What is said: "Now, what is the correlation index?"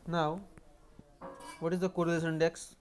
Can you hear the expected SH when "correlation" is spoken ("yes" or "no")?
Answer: no